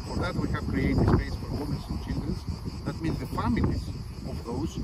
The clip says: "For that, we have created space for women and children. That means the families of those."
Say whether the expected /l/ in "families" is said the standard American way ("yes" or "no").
no